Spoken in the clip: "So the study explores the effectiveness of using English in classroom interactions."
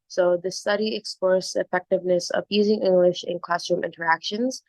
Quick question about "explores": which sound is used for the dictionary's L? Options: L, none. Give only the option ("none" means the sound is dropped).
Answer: none